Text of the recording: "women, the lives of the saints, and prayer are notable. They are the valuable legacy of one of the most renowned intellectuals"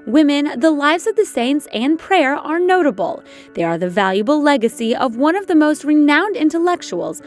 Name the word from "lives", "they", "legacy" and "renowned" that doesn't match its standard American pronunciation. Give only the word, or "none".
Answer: none